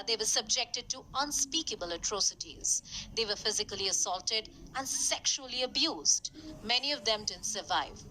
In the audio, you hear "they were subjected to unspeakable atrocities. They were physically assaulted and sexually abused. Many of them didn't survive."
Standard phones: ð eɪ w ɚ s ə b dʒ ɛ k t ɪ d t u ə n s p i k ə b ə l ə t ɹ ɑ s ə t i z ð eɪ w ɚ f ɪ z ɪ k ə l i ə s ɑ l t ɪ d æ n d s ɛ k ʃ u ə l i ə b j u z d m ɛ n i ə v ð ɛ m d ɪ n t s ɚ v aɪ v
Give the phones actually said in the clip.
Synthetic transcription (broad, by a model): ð eɪ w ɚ s ə b dʒ ɛ k t ɪ d t u ə n s p i k ə b ə l ə t ɹ ɑ s ə t i z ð eɪ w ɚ f ɪ z ɪ k ə l i ə s ɑ l t ɪ d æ n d s ɛ k ʃ u ə l i ə b j u z d m ɛ n i ə v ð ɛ m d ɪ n s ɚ v aɪ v